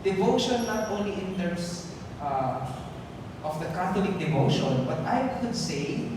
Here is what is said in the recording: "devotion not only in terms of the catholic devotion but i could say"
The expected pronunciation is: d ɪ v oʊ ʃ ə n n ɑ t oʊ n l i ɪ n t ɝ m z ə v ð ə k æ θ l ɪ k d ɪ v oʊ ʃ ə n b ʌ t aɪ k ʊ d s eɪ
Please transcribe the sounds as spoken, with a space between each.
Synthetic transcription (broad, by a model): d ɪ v oʊ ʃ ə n n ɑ t oʊ n l i ɪ n t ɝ m s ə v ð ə k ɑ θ l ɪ k d ɪ v oʊ ʃ ə n b ʌ t aɪ k ʊ d s eɪ